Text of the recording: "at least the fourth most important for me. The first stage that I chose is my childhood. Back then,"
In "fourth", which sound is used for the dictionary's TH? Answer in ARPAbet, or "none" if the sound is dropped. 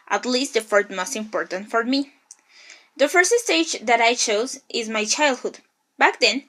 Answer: T